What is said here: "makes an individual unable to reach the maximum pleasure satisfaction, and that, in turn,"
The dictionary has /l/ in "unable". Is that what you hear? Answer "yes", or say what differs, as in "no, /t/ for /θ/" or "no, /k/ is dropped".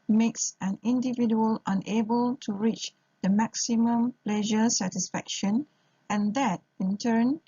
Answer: yes